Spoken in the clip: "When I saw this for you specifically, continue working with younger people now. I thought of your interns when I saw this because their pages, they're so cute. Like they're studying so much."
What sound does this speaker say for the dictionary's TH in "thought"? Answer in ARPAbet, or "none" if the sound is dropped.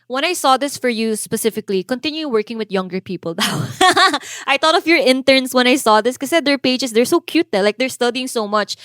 T